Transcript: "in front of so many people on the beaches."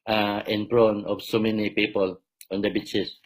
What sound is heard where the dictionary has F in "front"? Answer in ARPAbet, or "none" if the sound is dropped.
P